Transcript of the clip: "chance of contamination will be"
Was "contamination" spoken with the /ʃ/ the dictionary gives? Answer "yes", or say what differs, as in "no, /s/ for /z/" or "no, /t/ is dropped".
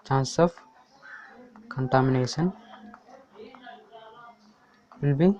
no, /s/ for /ʃ/